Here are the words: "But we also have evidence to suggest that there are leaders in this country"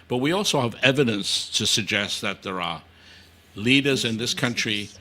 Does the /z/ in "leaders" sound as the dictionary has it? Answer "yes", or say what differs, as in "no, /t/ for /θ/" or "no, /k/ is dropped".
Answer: yes